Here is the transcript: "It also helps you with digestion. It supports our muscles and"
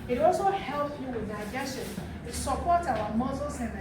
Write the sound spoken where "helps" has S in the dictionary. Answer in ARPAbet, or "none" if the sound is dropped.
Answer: none